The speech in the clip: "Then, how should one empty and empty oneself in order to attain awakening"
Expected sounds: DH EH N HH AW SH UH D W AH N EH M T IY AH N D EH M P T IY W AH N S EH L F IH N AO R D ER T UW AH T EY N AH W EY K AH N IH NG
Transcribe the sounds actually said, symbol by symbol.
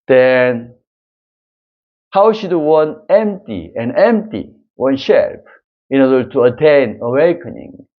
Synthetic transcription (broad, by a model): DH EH N HH AW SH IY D W AH N EH M T IY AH N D EH M P T IY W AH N SH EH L P IH N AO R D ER T UW AH T EY N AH W EY K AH N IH NG